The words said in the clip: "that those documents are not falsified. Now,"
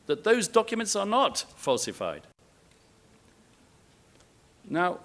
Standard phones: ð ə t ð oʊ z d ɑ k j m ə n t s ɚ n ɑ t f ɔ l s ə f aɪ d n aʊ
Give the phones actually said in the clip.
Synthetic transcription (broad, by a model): ð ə t ð oʊ z d ɑ k j m ə n t s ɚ n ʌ t f ɔ l s ə f aɪ d n aʊ